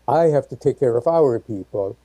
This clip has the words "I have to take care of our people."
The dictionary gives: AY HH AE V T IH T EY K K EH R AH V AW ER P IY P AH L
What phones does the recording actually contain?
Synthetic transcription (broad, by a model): AY HH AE F T IH T EY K K EH R AH V AW ER P IY P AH L